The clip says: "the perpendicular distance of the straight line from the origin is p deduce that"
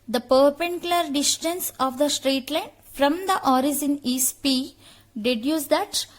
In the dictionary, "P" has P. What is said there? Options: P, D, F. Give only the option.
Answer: P